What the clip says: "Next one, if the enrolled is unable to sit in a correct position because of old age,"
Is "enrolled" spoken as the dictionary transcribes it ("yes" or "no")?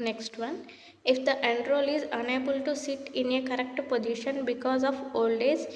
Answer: no